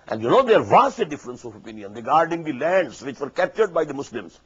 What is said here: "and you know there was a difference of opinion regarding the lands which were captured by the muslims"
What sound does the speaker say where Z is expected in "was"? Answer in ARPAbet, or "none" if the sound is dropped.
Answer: S